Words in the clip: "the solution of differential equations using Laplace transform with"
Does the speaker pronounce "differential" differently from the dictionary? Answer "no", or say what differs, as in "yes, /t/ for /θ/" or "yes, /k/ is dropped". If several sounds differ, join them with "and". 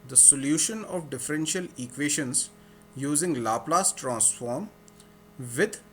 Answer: no